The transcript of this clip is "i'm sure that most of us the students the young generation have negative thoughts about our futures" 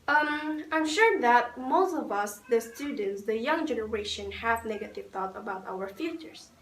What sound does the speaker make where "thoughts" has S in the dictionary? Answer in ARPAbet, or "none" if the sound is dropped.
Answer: none